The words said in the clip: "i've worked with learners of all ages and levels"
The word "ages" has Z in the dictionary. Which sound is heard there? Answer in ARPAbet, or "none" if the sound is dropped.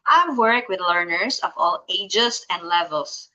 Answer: S